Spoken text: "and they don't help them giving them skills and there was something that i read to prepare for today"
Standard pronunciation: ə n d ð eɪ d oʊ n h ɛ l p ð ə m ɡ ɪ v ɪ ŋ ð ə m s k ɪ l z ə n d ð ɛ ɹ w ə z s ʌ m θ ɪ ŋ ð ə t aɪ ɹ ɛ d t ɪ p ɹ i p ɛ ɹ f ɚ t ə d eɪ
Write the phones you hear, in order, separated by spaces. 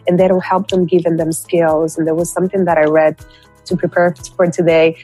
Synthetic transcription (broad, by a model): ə n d ð eɪ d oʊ h ɛ l p ð ə m ɡ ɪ v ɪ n ð ə m s k ɪ l z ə n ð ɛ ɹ w ə z s ʌ m θ ɪ ŋ ð ə t aɪ ɹ ɛ d t ɪ p ɹ i p ɛ ɹ f ɚ t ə d eɪ